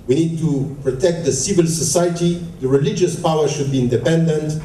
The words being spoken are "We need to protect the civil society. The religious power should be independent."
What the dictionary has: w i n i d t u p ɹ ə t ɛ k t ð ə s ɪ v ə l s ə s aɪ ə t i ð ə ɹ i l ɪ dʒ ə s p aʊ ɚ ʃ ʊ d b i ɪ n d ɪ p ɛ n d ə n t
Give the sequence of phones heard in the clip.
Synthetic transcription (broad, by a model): w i n i d t u p ɹ ə t ɛ k t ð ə s ɪ v ə l s ə s aɪ ə t i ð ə ɹ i l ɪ dʒ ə s p aʊ ɚ ʃ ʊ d b i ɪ n d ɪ p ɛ n d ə n t